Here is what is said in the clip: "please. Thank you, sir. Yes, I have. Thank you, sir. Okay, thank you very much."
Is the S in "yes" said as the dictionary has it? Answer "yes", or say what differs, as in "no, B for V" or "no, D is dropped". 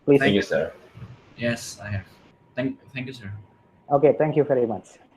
yes